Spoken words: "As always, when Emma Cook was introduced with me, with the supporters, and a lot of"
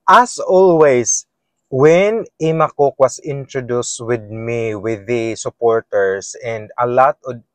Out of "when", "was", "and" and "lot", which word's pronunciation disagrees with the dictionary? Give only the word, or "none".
was